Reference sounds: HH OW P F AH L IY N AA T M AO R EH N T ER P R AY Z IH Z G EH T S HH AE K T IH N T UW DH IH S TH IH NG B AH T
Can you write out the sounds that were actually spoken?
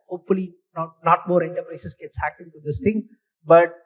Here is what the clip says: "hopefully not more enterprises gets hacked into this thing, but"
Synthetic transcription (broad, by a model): HH OW P F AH L IY N AA T M AO R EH N T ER P R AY S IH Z G EH T S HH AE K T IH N T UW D IH S T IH NG B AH T